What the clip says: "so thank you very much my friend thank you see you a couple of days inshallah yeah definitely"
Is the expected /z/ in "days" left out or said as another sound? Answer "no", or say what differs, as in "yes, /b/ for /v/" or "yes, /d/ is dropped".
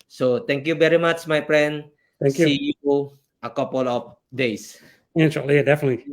yes, /s/ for /z/